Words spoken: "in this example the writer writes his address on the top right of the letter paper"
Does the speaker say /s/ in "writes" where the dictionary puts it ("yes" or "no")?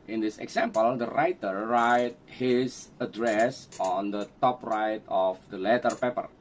no